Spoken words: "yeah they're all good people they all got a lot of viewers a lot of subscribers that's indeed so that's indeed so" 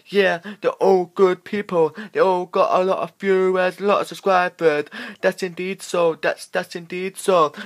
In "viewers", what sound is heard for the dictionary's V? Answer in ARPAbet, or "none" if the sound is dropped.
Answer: B